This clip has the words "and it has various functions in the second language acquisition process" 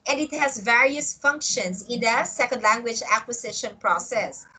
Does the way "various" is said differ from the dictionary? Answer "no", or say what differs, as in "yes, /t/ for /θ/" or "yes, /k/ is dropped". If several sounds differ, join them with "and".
no